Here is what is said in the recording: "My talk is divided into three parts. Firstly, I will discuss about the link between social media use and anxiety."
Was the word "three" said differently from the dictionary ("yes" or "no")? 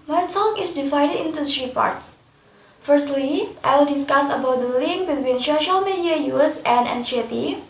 yes